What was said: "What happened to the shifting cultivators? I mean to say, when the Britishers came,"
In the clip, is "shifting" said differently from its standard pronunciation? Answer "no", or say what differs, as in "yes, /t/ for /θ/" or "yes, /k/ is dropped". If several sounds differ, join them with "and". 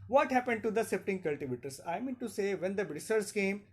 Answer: yes, /s/ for /ʃ/